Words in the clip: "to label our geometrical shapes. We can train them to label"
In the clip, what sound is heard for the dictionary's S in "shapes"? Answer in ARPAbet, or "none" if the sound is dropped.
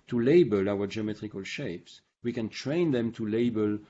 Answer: S